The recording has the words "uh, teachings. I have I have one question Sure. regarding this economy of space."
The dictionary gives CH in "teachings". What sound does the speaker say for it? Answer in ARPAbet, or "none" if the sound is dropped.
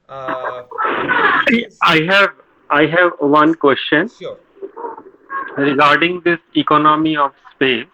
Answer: none